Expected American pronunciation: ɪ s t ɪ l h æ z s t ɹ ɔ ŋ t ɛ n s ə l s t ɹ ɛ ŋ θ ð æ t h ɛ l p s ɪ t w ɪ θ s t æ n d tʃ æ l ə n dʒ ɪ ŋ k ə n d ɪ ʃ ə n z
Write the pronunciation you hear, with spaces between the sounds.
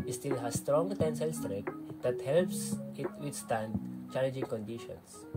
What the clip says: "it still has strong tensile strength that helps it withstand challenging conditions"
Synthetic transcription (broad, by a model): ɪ s t ɪ l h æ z s t ɹ ɔ ŋ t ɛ n s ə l s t ɹ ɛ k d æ t h ɛ l p s ɪ t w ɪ t s t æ n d tʃ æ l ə n dʒ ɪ ŋ k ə n d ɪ ʃ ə n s